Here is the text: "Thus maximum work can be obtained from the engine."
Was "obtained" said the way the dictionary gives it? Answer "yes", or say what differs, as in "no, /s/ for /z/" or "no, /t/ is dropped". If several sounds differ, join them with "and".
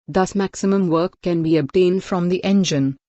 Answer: yes